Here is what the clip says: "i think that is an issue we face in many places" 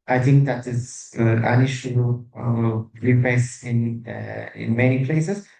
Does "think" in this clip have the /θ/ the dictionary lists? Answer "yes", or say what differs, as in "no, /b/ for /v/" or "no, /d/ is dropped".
no, /t/ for /θ/